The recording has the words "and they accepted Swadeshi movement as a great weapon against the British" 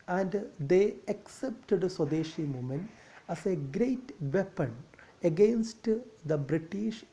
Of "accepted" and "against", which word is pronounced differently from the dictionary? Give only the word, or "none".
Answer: none